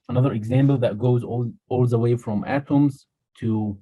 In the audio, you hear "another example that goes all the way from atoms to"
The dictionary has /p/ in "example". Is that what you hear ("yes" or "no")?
no